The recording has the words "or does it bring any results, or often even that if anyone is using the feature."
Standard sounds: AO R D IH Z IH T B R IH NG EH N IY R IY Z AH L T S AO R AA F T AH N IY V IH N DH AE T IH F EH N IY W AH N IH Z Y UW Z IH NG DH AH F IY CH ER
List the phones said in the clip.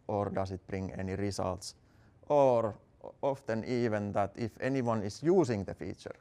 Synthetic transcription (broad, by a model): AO R D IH S IH T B R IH NG EH N IY R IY S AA L T S AO R AA F T AH N IY V IH N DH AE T IH F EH N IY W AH N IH S Y UW S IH NG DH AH F IY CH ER